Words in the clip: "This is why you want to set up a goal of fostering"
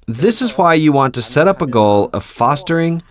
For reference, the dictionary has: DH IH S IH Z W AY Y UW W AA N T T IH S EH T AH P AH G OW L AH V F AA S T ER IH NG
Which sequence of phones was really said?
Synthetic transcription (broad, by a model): DH IH S IH Z W AY Y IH W AA N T T IH S EH T AH P AH G OW L AH V F AA S T ER IH NG